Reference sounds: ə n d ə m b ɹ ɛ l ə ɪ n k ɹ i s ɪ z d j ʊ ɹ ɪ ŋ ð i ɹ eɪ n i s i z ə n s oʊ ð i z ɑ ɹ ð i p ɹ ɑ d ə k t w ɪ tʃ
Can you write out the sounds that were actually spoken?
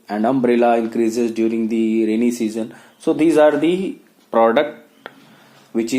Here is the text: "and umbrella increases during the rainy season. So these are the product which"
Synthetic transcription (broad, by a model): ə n d ə m b ɹ ɛ l ə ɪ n k ɹ i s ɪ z d j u ɹ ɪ ŋ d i ɹ eɪ n i s i z ə n s oʊ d i z ɑ ɹ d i p ɹ ɑ d ə k t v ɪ tʃ